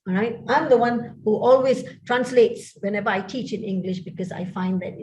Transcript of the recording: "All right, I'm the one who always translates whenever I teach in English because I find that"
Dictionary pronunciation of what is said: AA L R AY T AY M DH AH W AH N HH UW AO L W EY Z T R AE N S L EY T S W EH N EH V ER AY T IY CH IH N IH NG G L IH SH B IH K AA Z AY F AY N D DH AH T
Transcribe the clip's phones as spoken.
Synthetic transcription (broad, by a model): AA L R AY T AY M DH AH W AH N HH UW AO L W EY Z T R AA N S L EY T S W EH N EH V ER AY T IY CH IH N IH NG G L IH SH B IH K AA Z AY F AY N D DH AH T